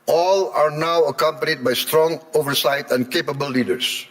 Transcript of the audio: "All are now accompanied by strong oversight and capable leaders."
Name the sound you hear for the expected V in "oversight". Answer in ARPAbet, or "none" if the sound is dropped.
V